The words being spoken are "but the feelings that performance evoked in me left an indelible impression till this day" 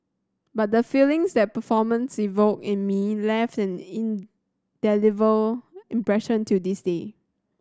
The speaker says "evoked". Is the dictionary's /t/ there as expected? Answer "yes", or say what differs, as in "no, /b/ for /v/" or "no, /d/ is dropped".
no, /t/ is dropped